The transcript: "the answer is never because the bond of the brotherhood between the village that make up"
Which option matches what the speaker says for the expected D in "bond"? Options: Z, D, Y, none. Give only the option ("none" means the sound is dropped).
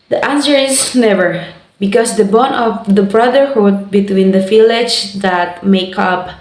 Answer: none